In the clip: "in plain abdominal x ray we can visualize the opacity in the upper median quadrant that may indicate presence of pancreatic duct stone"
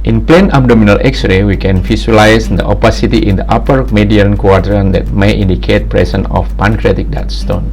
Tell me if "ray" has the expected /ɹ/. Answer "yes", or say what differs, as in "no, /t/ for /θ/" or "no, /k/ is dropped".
yes